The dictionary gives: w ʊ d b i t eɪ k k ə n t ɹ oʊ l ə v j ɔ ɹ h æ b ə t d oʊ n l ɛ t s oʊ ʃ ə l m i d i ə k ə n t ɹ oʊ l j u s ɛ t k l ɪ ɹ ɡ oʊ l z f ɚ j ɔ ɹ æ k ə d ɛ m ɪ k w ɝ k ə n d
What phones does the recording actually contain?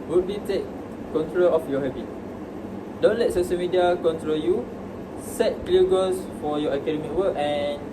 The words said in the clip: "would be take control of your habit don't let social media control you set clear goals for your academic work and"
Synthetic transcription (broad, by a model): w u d b i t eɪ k k ə n t ɹ oʊ l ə f j ɔ h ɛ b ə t d oʊ n l ɛ t s oʊ ʃ ə l m i d i ə k ə n t ɹ oʊ l j u s ɛ t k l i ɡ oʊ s f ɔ j ɔ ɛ k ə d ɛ m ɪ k w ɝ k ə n